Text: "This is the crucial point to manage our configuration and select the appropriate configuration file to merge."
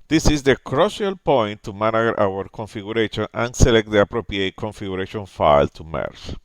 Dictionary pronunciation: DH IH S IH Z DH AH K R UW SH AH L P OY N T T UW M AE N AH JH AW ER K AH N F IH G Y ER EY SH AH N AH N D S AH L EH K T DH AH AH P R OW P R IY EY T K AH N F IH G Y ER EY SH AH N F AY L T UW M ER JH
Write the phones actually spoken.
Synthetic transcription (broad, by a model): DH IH S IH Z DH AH K R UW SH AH L P OY N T T UW M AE N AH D AW ER K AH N F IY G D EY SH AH N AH N S AH L EH K T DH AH AH P R OW P R IY EY T K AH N F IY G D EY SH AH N F AY L T UW M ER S